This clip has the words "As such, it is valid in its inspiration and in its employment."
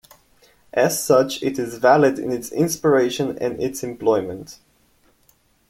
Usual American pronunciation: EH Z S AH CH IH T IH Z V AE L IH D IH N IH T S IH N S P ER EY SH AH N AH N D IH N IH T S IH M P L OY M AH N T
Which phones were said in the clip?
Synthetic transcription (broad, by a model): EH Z S AH CH IH T IH Z V AE L IH D IH N IH T S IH N S P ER EY AH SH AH N IH N IH T S IH M P L OY M AH N T